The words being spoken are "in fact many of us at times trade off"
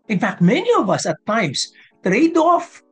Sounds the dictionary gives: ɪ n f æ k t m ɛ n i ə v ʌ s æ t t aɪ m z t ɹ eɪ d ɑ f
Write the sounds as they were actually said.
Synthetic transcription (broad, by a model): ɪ n f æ k t m ɛ n i ə v ʌ s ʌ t t aɪ m s t ɹ eɪ d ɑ f